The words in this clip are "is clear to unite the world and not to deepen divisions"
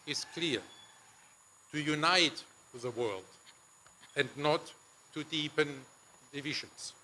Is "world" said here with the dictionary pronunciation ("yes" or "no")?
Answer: yes